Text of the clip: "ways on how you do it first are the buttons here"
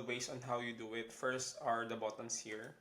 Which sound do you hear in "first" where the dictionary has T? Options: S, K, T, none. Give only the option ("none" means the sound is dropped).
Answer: T